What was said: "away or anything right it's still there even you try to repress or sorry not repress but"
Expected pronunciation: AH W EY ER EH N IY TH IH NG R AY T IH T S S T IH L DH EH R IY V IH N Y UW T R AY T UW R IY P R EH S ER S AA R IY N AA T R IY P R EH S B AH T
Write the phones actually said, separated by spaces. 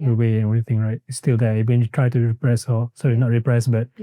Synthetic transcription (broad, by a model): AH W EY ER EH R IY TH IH NG R AY T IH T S S T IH L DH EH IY W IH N Y UW T R AY T UW R IY P R EH S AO S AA IY N AA T R IY P R EH S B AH T